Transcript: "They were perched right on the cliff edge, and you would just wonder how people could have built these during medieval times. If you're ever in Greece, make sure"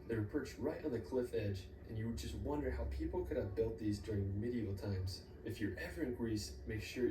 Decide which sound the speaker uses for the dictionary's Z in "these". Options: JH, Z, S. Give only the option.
Z